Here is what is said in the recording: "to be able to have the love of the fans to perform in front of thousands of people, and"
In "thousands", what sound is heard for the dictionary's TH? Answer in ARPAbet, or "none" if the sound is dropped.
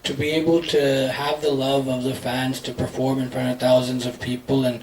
TH